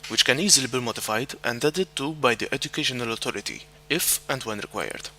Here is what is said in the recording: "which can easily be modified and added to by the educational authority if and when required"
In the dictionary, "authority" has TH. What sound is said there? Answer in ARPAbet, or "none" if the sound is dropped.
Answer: T